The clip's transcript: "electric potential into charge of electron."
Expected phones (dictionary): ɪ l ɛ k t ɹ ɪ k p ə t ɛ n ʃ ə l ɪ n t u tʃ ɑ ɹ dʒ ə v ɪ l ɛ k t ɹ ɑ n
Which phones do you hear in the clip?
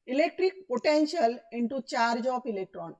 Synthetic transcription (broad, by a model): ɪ l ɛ k t ɹ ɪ k p ə t ɛ n ʃ ə l ɪ n t u tʃ ɑ ɹ dʒ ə p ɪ l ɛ k t ɹ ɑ n